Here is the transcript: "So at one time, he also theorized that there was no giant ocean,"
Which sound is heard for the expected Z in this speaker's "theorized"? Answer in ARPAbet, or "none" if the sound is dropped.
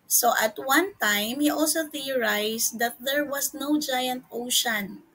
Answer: S